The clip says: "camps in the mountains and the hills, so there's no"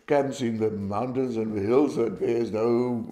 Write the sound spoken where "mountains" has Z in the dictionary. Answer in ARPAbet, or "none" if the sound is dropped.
Z